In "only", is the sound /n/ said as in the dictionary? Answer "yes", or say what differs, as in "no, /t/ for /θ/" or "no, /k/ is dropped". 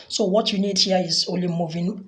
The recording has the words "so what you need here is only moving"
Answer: no, /n/ is dropped